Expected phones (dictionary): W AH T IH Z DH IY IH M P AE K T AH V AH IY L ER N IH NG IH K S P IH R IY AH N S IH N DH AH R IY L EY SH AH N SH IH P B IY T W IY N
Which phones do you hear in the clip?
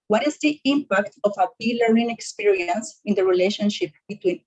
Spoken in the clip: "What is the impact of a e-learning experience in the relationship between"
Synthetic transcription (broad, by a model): W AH T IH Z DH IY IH M P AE K T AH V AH IY L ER IH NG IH K S P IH R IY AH N S IH N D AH R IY L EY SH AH N SH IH P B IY T W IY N